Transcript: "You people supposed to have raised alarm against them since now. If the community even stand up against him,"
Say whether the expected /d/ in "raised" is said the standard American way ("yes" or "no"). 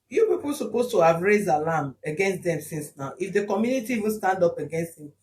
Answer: yes